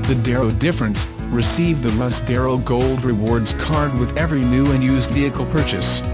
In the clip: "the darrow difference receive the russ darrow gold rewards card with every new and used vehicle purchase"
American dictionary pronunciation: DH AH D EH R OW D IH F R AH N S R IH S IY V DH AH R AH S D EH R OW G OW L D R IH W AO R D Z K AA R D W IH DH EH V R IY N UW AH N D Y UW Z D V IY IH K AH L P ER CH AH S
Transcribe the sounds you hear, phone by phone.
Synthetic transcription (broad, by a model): DH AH D EH R OW D IH F R AH N S R IH S IY V DH AH L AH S D EH R OW G OW L D R IH W AO R D Z K AA R D W IH DH EH V R IY N UW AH N Y UW Z D V IY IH K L P ER CH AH S